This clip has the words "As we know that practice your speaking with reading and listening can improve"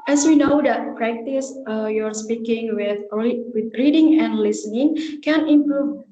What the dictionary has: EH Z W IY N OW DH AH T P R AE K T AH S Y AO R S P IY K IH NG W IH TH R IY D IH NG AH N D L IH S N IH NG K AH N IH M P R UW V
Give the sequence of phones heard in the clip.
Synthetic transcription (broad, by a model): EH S W IY N OW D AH T P R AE K T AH S Y AO R S P IY K IH NG W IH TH R IY D IH NG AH N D L IH S N IH NG K AH N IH M P R UW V